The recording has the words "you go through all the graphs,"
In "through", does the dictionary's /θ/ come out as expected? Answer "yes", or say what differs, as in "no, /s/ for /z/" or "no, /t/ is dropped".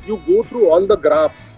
no, /t/ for /θ/